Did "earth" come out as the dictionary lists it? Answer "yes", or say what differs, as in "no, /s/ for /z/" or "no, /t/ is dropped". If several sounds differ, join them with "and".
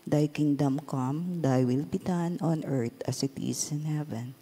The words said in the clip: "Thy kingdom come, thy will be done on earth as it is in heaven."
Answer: no, /t/ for /θ/